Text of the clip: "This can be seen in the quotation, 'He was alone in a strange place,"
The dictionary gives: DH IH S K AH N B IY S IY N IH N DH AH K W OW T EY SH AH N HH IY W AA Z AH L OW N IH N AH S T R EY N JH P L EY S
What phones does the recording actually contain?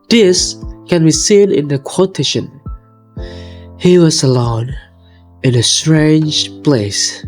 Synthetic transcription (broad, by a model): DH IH S K AH N B IY S IY N IH N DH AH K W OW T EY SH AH N HH IY W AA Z AH L OW N IH N AH S T R EY N JH P L EY S